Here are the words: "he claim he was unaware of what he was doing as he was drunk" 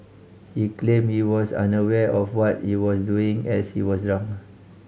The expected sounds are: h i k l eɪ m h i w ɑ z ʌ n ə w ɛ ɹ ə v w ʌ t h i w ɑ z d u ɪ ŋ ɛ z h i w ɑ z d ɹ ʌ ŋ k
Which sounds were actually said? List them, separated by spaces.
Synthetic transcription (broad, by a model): h i k l eɪ m h i w ɑ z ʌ n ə w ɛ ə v w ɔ t h i w ɑ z d u ɪ ŋ ɛ s h i w ɑ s ɹ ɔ ŋ